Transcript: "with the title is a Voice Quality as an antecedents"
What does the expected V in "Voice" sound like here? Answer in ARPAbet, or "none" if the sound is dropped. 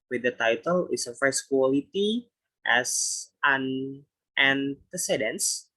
F